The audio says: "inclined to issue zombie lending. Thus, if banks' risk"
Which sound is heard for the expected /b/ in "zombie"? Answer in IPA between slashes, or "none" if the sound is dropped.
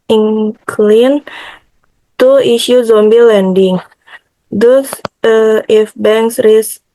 /b/